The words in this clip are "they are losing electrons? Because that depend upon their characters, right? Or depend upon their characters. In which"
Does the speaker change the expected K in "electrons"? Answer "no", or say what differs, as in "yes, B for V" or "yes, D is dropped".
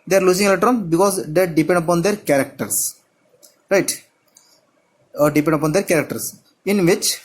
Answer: yes, K is dropped